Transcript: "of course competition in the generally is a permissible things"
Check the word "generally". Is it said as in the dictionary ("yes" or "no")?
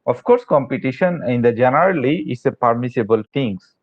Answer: yes